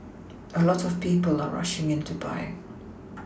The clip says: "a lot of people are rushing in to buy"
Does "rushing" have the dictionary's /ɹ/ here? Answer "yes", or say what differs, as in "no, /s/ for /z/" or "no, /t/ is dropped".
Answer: yes